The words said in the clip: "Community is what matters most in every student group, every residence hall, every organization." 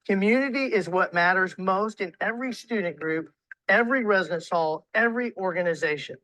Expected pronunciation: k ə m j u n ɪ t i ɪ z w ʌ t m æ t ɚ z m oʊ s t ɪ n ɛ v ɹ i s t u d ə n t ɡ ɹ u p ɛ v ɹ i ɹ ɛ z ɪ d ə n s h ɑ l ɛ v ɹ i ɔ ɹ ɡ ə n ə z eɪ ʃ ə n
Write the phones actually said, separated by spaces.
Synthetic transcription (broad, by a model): k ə m j u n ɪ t i ɪ z w ʌ t m æ t ɚ z m oʊ s t ɪ n ɛ v ɹ i s t u d n ɡ ɹ u p ɛ v ɹ i ɹ ɛ z ɪ d ə n s h ɑ l ɛ v ɹ i ɔ ɹ ɡ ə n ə z eɪ ʃ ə n